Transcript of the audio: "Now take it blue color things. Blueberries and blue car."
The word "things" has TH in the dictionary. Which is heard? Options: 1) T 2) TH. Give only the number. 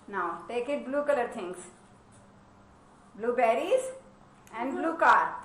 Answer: 1